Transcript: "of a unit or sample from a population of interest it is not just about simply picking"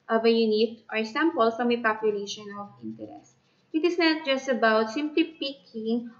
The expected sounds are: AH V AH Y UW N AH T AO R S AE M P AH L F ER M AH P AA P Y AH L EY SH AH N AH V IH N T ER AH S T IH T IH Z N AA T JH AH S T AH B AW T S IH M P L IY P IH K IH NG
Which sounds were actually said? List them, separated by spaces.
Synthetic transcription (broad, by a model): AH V AH Y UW N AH T AO R S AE M P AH L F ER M AH P AA P Y AH L EY SH AH N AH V IH N T ER AH S T IH T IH S N AA T JH AH S T AH B AW T S IH M P L IY P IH K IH NG